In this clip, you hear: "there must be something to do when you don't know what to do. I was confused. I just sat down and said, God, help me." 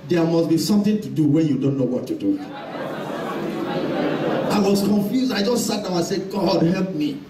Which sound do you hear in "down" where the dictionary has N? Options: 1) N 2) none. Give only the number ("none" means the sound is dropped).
2